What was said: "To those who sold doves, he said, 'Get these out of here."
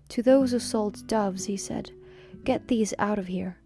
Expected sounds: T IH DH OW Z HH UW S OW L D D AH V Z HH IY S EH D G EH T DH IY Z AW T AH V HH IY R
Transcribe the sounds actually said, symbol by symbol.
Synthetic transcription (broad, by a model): T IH DH OW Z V S OW L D D AH V Z HH IY S EH D G EH T DH IY Z AW T AH V HH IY R